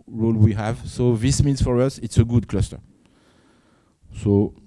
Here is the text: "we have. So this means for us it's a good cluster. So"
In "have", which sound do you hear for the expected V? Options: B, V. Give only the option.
V